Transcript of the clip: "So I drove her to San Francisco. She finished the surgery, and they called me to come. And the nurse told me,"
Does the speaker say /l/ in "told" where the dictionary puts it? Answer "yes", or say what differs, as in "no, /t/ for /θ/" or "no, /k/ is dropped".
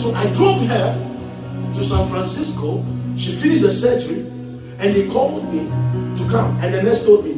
no, /l/ is dropped